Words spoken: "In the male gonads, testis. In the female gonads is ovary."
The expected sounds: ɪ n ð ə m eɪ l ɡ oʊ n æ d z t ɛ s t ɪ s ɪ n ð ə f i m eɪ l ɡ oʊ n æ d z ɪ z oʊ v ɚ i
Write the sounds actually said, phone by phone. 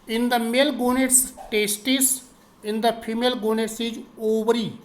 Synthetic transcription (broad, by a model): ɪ n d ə m eɪ l ɡ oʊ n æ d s t ɛ s t ɪ s ɪ n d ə p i m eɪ l ɡ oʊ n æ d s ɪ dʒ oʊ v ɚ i